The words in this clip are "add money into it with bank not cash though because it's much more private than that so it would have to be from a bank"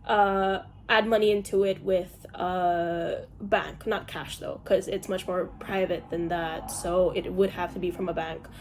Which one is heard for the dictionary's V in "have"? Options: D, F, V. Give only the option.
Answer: F